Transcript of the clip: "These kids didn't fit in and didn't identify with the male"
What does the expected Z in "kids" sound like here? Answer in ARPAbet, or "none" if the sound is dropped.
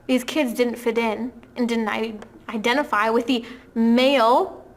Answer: Z